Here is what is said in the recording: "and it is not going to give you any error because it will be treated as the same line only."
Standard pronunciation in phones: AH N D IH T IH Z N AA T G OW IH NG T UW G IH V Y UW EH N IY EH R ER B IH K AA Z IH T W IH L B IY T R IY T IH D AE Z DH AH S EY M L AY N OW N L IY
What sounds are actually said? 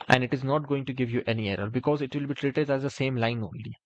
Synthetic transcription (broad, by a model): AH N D IH T IH Z N AA T G OW IH NG T UW G IH V Y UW EH N IY EH R ER B IH K AA Z IH T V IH L B IY T R IY T IH D AE Z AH S EY M L AY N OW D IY